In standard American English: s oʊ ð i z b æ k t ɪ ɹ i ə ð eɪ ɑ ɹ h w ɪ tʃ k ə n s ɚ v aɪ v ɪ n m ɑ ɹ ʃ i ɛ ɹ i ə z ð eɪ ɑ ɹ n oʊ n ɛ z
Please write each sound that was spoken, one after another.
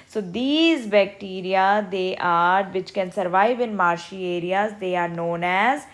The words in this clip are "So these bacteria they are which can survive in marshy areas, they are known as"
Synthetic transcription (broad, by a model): s oʊ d i z b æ k t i ɹ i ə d eɪ ɑ ɹ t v ɪ tʃ k ə n s ɚ v aɪ v ɪ n m ɑ ɹ ʃ i ɛ ɹ i ə z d eɪ ɑ ɹ n oʊ n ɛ z